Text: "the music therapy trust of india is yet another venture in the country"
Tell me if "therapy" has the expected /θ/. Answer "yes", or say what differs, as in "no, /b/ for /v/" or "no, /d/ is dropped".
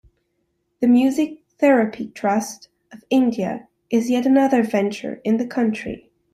yes